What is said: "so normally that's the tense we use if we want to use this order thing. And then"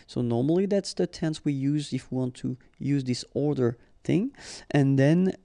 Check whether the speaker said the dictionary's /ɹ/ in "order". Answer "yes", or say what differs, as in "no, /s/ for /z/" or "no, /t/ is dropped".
yes